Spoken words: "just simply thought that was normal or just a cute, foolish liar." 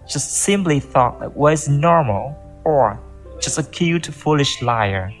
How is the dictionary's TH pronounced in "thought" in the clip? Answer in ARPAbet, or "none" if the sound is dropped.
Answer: TH